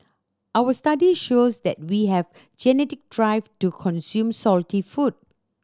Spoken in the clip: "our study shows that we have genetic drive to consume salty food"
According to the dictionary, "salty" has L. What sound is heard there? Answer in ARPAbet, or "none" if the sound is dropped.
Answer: L